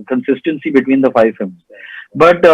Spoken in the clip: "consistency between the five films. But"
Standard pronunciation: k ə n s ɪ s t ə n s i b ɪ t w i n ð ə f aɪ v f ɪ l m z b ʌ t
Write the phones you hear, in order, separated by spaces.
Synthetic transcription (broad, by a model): k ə n s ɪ s t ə n s i b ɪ t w i n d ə f aɪ v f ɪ m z b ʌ t